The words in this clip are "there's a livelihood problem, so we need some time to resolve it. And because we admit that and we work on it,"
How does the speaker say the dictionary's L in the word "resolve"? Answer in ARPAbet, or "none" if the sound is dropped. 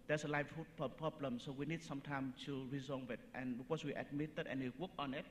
none